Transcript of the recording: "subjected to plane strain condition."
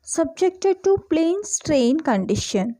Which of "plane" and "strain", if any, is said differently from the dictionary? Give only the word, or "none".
none